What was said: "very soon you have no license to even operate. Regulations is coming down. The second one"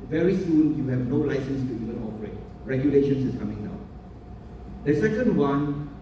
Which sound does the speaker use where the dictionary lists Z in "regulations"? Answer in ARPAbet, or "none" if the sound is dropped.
S